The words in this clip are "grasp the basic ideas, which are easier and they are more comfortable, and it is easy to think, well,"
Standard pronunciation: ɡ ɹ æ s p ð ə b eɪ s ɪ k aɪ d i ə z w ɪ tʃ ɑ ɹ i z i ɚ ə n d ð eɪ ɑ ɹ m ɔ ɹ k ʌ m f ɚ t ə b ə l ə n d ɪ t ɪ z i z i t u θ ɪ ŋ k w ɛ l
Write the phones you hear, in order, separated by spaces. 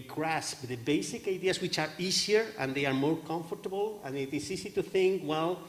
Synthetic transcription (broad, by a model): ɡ ɹ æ s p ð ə b eɪ s ɪ k aɪ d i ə s w ɪ tʃ ɑ ɹ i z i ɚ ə n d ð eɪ ɑ ɹ m ɔ ɹ k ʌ m f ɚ t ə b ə l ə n ɪ t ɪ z i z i t u θ ɪ ŋ k w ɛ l